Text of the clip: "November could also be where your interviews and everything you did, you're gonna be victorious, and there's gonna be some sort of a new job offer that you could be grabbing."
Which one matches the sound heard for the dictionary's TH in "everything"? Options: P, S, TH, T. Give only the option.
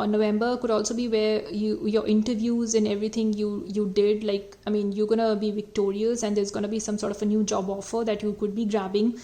T